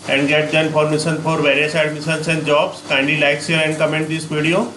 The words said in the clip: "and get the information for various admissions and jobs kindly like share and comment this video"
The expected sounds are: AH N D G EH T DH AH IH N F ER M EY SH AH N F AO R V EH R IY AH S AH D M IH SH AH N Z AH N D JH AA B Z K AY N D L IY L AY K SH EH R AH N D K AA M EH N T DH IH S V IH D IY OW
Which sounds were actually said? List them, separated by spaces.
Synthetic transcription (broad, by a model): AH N D G EH T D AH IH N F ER M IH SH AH N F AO R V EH R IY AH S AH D M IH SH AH N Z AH N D JH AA B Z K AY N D IY L AY K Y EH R AH N D K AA M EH N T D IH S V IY D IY OW